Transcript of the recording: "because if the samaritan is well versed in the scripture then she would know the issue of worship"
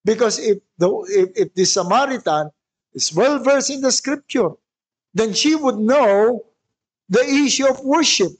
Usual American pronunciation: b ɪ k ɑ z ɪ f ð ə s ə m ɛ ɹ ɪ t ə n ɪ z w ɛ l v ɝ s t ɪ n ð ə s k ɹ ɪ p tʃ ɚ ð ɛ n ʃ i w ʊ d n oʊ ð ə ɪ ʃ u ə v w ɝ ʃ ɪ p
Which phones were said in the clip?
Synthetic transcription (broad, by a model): b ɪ k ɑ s ɪ f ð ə s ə m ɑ ɹ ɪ t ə n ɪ s w ɛ l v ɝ s ɪ n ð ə s k ɹ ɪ p tʃ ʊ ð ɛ n ʃ i w ʊ d n oʊ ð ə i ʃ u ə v w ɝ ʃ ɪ p